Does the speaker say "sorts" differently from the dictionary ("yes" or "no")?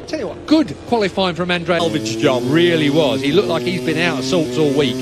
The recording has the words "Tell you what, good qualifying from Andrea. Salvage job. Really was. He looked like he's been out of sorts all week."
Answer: yes